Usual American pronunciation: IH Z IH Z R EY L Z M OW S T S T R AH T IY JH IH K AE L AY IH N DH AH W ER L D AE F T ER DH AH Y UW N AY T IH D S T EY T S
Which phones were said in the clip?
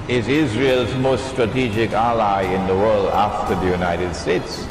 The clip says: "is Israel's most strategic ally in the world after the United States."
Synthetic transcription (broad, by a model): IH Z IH Z R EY L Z M OW S T S T R AH T IY JH IH K AE L AY IH N DH AH W ER L D AE F T ER DH AH Y UW N AY T IH D S T EY T S